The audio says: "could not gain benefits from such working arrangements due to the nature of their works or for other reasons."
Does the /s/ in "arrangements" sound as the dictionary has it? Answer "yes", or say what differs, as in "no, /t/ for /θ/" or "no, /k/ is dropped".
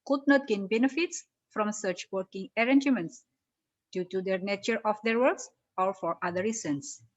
yes